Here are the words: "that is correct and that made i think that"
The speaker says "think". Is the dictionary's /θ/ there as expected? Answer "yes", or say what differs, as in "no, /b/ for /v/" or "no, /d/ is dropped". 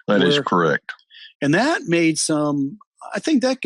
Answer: yes